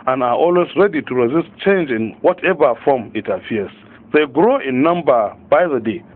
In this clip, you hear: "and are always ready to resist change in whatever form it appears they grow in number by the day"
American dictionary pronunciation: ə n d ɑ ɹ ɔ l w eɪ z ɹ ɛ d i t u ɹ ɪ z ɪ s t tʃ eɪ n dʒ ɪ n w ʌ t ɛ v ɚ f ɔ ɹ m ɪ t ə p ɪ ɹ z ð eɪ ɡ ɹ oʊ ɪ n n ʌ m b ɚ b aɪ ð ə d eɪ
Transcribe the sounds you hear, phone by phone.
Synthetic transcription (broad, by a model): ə n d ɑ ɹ ɔ l w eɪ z ɹ ɛ d i t u ɹ ɪ z ɪ s t tʃ eɪ n dʒ ɪ n w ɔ t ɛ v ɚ f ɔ m ɪ t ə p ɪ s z ð eɪ ɡ ɹ oʊ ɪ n n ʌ m b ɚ b aɪ ð ə d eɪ